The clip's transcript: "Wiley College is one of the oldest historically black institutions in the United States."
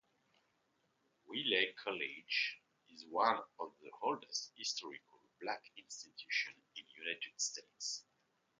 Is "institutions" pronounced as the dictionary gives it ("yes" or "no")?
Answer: no